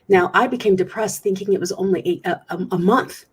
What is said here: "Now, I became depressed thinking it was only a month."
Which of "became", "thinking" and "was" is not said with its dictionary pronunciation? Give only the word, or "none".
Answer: none